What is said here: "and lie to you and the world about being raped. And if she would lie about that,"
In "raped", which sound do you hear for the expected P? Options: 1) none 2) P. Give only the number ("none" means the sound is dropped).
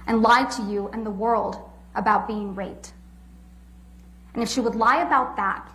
1